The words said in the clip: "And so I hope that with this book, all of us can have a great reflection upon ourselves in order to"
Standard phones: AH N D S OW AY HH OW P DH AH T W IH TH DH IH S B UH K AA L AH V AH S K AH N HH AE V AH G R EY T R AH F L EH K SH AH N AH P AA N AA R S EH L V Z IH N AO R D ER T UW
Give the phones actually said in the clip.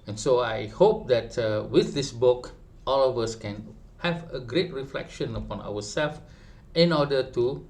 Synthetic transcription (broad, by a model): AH N S OW AY HH OW P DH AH T W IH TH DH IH S B UH K AA L AH V AH S K AH N HH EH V AH G R EY T R AH F L EH K SH AH N AH P AA N AA W S EH L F IH N AO D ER T UW